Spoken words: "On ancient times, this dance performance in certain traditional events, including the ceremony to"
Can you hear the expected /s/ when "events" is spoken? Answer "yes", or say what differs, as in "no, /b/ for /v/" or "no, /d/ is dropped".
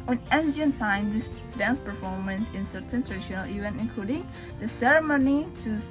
no, /s/ is dropped